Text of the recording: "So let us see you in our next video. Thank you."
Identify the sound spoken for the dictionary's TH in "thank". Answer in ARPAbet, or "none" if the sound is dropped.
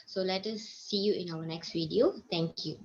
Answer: T